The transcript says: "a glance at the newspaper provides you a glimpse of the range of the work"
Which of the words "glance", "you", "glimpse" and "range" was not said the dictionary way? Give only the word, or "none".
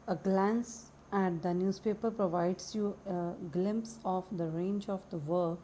none